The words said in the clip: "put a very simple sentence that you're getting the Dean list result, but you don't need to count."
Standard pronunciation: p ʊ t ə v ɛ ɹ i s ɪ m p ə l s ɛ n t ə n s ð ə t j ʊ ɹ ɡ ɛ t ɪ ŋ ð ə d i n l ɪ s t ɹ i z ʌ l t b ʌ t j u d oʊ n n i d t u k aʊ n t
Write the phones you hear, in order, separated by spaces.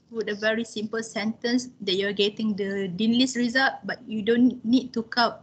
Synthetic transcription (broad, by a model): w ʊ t ə v ɛ ɹ i s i m p ə l s ɛ n t ə n s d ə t j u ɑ ɡ ɛ t ɪ ŋ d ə d i n l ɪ s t ɹ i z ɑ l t b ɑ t j u d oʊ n n i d t u k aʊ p